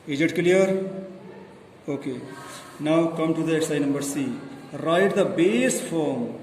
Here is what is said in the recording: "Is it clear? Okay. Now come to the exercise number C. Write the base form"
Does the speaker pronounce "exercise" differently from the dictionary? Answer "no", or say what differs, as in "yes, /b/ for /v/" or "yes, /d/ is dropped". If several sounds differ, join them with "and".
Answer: yes, /z/ is dropped